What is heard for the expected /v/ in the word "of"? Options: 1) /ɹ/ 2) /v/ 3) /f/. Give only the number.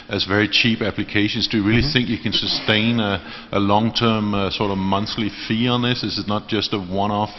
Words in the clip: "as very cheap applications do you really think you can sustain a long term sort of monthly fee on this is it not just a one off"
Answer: 2